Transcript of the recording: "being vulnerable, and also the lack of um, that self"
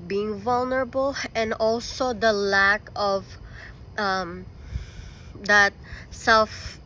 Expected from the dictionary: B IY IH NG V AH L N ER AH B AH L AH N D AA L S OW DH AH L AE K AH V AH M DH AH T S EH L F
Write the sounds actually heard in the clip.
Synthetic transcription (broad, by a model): B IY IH NG V AH L N ER AH B AH L AH N D AA L S OW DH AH L AE K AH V AH M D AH T S EH L F